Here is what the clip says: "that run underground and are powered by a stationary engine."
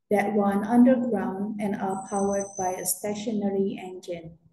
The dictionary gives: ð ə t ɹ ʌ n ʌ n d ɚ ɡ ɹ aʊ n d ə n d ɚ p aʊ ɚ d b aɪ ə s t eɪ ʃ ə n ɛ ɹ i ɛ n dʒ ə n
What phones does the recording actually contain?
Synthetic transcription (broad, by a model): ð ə t w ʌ n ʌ n d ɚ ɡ ɹ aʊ n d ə n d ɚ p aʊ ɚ d b aɪ ə s t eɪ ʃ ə n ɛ ɹ i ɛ n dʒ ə n